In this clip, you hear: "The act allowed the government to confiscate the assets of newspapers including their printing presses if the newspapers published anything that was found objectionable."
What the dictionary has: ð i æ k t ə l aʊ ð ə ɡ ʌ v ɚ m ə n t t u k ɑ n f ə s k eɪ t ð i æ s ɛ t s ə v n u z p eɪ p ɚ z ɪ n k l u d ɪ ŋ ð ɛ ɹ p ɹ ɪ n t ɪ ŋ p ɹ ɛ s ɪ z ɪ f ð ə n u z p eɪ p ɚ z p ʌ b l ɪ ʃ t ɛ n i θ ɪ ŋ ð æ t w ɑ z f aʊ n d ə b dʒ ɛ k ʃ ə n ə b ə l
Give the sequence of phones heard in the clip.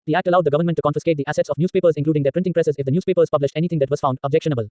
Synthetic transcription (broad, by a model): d i æ k t ə l aʊ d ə ɡ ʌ v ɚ m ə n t t u k ɑ n f ə s k eɪ t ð i æ s ɛ t s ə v n u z p eɪ p ɚ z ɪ k l u d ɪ ŋ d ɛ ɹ p ɹ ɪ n t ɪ ŋ p ɹ ɛ s ɪ z ɪ f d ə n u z p eɪ p ɚ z p ʌ b l ɪ ʃ t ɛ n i t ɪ ŋ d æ t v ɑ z f aʊ n d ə b dʒ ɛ k ʃ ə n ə b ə l